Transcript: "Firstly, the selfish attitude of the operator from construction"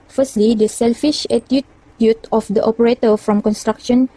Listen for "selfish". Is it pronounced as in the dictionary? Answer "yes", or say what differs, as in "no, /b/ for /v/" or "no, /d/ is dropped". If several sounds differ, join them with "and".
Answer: yes